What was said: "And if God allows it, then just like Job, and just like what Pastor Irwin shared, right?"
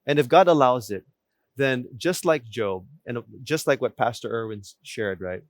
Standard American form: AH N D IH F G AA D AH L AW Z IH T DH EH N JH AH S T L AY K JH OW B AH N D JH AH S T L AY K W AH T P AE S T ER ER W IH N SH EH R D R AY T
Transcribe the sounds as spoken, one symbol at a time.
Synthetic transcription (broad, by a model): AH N IH F G AA D AH L AW Z IH T DH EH N JH AH S T L AY K JH OW B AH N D JH AH S T L AY K W AH T P AE S T ER ER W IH N SH EH R D R AY T